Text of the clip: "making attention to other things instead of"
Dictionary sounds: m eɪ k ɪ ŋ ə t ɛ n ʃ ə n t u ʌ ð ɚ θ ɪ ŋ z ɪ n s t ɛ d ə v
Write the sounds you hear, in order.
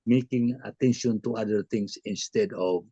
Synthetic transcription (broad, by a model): m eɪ k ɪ ŋ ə t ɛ n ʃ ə n t u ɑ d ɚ t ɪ ŋ s ɪ n s t ɛ d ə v